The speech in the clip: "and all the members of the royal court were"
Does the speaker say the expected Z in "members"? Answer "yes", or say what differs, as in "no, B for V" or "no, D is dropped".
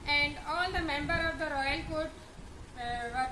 no, Z is dropped